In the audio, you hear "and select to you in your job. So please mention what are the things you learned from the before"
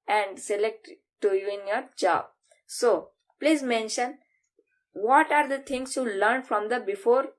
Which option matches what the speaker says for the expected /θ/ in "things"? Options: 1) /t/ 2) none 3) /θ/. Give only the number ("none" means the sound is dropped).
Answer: 1